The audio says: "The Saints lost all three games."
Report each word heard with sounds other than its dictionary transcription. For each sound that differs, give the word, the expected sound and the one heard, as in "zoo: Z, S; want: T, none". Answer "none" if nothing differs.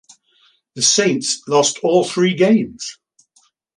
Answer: none